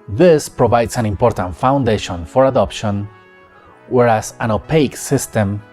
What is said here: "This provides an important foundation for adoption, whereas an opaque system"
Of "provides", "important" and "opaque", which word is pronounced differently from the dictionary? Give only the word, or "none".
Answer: provides